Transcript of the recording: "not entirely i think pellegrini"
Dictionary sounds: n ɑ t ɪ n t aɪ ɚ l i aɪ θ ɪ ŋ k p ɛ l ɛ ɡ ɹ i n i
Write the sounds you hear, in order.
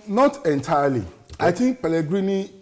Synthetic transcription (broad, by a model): n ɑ t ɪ n t aɪ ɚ l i aɪ t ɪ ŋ k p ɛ l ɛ ɡ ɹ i n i